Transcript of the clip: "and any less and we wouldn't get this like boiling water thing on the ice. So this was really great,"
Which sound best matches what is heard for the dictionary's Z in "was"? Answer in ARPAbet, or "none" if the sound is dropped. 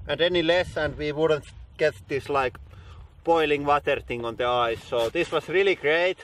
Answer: S